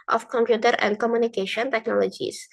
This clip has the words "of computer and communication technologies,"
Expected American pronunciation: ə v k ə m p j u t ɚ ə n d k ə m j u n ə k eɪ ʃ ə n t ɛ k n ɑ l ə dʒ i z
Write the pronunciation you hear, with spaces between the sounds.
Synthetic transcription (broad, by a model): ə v k ə m p j u t ɚ ə n d k ə m j u n ə k eɪ ʃ ə n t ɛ k n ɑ l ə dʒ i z